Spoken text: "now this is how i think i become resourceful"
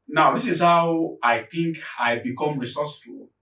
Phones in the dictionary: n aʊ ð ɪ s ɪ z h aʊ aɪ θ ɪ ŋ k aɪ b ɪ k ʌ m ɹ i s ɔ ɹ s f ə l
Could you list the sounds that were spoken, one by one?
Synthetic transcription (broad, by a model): n aʊ ð ɪ s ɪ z h aʊ aɪ θ ɪ ŋ k aɪ b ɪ k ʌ m ɹ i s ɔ s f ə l